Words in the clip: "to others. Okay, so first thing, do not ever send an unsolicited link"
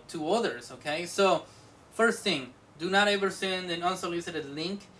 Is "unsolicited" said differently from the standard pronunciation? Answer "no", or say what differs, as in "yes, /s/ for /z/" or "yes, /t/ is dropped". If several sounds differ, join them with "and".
yes, /l/ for /n/